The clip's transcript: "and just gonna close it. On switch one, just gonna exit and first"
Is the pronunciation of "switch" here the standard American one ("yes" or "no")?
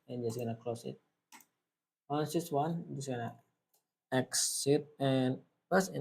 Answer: no